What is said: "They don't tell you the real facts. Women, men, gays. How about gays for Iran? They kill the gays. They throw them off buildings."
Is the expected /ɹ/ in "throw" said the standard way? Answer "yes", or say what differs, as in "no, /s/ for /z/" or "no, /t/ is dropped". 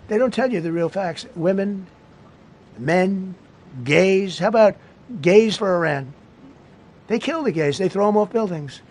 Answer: yes